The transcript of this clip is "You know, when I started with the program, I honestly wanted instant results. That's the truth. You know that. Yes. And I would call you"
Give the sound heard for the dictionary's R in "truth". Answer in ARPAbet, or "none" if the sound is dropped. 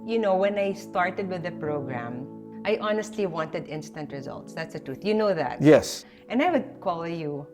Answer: R